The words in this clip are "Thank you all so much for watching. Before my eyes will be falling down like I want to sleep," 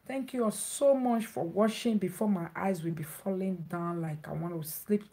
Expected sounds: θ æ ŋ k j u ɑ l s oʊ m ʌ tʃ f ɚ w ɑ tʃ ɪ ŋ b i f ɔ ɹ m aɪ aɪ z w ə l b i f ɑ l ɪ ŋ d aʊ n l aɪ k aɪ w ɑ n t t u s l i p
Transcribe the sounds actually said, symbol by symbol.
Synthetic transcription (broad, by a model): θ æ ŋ k j u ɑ s oʊ m ʌ tʃ f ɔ w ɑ ʃ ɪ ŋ b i f ɔ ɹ m aɪ aɪ z w ə l b i f ɑ l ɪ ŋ d aʊ n l aɪ k aɪ w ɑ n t t u s l i p